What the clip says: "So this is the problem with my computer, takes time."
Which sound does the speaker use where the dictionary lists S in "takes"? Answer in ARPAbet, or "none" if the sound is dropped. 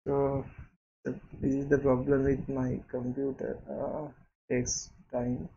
S